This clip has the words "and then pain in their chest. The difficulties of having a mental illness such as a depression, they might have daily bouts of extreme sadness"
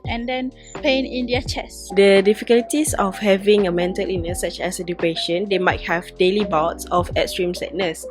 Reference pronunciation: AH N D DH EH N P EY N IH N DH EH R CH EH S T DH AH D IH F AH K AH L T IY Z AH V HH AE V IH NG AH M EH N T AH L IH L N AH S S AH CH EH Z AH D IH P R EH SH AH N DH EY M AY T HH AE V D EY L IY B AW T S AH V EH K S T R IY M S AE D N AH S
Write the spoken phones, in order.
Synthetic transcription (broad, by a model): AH N D EH N P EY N IH N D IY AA CH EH S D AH D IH F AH K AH L T IY S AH F HH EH V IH NG AH M EH N T AH L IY N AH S S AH CH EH S AH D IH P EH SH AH N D EY M AY T HH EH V D EY L IY B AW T S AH F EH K S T R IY M S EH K N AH S